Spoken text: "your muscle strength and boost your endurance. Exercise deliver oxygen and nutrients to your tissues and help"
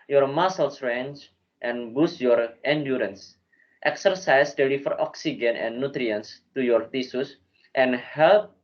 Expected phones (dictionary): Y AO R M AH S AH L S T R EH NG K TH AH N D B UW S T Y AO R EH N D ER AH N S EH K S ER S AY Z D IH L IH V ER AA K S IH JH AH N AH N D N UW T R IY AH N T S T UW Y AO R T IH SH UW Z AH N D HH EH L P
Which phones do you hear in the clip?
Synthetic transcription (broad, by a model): Y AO R M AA S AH L S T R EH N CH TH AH N B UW S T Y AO R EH N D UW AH N S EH K S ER S AY S D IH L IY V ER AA K S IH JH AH N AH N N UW T R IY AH N S T UW Y AO R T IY S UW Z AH N HH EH L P